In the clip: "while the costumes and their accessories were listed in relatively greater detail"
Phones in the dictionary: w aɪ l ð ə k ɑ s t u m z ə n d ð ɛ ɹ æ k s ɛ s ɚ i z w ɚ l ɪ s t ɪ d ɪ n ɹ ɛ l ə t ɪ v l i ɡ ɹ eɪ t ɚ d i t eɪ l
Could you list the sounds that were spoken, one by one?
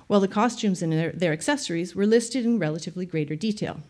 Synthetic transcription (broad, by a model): w aɪ l ð ə k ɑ s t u m z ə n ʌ ð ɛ ɹ æ k s ɛ s ɚ i z w ɚ l ɪ s t ɪ d ɪ n ɹ ɛ l ə t ɪ v l i ɡ ɹ eɪ t ɚ d i t eɪ l